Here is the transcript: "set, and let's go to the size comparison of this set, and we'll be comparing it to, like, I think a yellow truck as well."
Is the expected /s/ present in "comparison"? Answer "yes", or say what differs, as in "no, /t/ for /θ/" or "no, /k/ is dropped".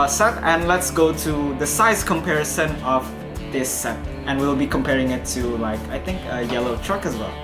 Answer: yes